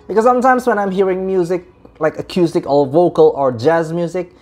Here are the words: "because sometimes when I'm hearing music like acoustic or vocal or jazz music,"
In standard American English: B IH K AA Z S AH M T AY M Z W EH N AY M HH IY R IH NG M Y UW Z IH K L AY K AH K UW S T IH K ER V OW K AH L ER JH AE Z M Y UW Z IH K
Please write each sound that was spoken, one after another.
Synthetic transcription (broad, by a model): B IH K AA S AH M T AY M S W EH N AY M HH IY R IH NG M Y UW Z IH K L AY K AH K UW S T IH K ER V OW K AH L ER JH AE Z M Y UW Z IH K